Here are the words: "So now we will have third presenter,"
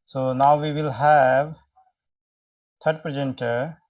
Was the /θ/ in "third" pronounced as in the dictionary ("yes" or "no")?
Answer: no